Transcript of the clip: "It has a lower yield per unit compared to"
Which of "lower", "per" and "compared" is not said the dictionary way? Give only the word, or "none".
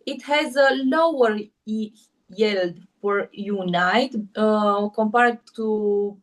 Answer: per